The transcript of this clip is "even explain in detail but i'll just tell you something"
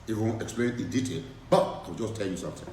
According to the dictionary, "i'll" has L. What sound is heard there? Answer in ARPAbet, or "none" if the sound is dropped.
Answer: W